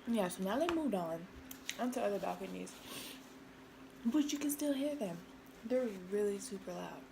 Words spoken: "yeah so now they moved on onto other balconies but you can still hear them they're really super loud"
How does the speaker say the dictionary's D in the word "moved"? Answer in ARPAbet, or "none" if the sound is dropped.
D